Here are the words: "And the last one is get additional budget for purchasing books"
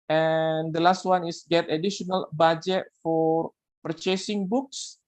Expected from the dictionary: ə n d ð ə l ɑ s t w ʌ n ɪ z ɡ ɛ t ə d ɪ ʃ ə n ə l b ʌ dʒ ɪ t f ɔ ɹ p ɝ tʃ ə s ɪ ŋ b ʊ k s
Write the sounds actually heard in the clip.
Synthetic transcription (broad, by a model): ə n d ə l ɑ s t w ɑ n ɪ s ɡ ɛ t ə d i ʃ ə n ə l b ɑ dʒ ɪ t f ɔ ɹ p ɝ tʃ ə s ɪ ŋ b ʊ k s